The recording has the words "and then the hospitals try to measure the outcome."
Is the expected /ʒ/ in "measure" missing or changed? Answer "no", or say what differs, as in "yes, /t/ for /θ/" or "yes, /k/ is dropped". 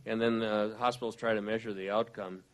no